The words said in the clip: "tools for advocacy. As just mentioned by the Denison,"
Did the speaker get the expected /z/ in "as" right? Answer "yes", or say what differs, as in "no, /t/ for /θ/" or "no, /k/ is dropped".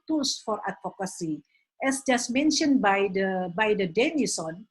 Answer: no, /s/ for /z/